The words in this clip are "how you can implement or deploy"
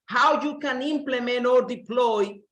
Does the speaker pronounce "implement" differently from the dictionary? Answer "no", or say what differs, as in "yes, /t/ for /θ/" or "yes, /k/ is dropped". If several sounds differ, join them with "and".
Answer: yes, /t/ is dropped